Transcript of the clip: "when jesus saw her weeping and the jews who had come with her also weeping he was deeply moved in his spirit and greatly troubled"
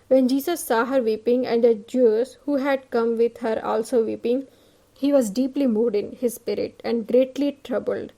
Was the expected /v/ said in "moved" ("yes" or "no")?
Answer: no